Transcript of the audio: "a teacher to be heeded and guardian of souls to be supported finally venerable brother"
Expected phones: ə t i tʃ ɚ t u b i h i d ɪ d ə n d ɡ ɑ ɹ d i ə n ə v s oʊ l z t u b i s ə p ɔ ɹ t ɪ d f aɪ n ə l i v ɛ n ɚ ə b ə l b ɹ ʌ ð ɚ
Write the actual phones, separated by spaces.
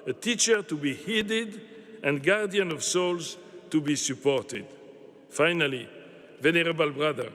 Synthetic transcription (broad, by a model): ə t i tʃ ɚ t u b i h i d ɪ d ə n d ɡ ɑ ɹ d i ə n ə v s oʊ l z t u b i s ə p ɔ ɹ t ɪ d f aɪ n ə l i v ɛ n ɚ ə b ə l b ɹ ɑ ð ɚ